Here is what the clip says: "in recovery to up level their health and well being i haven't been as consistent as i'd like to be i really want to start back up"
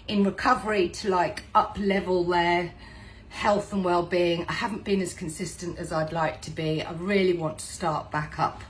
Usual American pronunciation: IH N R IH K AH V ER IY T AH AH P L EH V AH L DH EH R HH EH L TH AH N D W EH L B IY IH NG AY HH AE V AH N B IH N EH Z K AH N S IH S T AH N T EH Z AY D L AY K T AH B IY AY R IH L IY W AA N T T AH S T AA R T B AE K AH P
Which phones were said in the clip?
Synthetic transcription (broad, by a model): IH N R IH K AH V ER IY T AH AH P L EH V AH L DH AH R HH EH L TH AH N W EH L B IY IH NG AY HH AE V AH N B IH N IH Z K AH N S IH S T AH N T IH Z AY D L AY K T AH B IY AY R IH L IY W AA N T T AH S T AA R T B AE K AH P